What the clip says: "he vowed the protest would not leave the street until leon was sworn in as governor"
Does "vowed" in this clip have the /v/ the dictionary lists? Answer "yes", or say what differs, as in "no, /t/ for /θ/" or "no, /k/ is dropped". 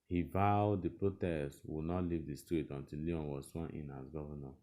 yes